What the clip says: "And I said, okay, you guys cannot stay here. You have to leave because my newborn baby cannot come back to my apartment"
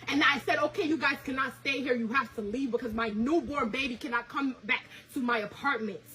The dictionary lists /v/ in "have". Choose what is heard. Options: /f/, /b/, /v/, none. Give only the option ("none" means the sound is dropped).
/f/